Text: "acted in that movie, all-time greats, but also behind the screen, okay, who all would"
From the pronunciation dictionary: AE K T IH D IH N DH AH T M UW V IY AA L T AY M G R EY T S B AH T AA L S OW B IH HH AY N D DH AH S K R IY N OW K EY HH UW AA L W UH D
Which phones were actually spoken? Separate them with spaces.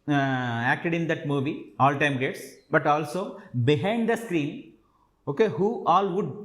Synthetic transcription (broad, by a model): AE K T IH D IH N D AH T M UW V IY AA L T AY M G EY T S B AH T AA L S OW B IH HH AY N D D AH S K R IY N OW K EY HH UW AA L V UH D